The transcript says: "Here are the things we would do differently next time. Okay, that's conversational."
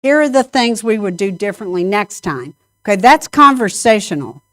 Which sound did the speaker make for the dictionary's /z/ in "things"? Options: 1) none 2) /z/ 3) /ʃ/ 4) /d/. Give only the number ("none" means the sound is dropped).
2